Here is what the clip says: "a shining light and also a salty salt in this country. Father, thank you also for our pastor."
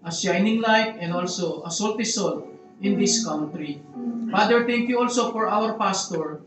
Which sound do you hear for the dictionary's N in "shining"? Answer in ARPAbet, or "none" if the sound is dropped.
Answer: N